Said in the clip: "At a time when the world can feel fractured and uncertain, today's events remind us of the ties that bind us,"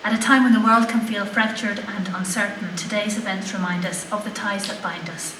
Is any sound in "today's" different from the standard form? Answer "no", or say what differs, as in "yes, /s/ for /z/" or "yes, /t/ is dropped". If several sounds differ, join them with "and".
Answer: no